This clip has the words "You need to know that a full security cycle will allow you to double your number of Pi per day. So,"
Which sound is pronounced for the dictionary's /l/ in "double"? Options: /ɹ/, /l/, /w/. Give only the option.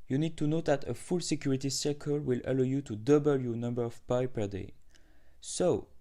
/l/